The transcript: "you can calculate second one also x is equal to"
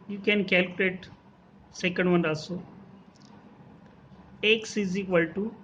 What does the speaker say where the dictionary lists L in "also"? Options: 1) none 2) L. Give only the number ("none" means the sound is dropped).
1